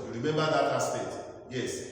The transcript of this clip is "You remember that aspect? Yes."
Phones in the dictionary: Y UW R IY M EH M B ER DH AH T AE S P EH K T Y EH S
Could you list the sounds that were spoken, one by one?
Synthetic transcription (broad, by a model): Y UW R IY M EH M B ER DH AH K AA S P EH T Y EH S